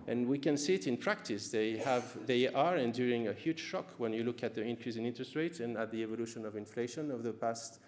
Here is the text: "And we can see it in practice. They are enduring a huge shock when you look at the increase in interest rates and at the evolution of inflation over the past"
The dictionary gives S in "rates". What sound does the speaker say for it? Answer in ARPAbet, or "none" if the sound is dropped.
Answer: none